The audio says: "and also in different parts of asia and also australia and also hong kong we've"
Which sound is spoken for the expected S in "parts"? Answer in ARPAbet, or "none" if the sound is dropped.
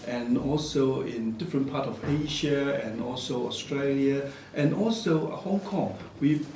none